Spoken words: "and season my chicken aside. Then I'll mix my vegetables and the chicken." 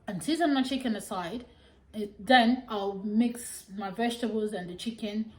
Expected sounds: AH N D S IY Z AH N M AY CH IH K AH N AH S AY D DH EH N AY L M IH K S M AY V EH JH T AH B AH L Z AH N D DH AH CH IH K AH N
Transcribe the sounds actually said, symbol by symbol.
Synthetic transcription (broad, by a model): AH N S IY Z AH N M AY CH IH K AH N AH S AY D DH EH N AY L M IH K S M AY V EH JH T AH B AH L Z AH N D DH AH CH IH K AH N